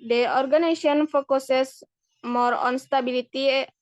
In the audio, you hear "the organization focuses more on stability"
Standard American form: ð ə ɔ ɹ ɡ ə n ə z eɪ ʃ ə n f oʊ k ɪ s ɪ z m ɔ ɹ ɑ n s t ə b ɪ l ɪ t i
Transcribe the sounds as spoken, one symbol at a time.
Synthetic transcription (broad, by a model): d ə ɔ ɹ ɡ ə n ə s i ə n f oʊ k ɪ s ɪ s m ɔ ɹ ɑ n s t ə b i l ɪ t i